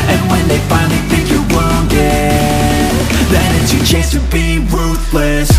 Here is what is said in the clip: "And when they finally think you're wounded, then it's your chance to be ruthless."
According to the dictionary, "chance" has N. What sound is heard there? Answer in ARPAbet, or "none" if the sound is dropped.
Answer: none